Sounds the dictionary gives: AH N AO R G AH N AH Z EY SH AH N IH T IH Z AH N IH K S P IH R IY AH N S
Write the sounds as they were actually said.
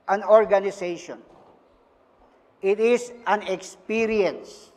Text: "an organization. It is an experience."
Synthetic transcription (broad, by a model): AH N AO R G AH N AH S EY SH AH N IH T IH S AH N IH K S P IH R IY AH N S